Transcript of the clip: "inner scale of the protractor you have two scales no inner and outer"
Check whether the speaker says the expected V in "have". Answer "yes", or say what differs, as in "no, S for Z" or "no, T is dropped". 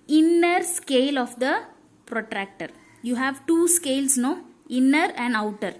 yes